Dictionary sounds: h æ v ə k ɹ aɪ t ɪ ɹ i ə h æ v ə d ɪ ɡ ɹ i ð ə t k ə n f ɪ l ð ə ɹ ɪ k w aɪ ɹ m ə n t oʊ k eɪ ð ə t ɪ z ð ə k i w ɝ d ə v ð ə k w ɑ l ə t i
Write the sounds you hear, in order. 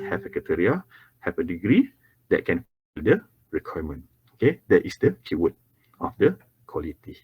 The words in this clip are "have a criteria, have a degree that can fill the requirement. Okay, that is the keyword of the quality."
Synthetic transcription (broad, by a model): h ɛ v ə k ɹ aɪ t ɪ ɹ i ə h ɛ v ə d ɪ ɡ ɹ i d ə t k ə n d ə ɹ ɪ k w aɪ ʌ m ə n oʊ k eɪ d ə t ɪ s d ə k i w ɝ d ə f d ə k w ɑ l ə t i